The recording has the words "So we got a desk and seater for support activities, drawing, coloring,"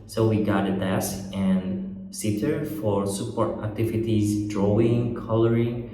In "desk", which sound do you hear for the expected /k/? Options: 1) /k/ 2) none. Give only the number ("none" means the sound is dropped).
2